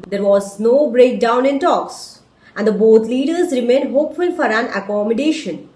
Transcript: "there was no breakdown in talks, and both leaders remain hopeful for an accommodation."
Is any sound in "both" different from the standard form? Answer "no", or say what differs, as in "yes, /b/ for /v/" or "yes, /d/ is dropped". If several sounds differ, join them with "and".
yes, /t/ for /θ/